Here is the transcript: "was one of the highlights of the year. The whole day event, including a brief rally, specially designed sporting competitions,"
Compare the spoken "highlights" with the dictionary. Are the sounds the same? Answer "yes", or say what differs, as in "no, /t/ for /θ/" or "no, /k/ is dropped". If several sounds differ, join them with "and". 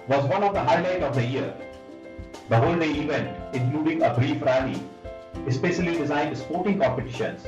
no, /s/ is dropped